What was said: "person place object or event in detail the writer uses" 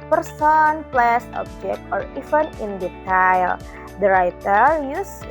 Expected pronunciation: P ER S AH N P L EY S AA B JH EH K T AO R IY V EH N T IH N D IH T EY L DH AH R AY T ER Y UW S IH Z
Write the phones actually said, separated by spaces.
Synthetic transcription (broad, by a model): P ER S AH N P L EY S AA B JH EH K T AO R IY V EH N IH N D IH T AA L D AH R AY T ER Y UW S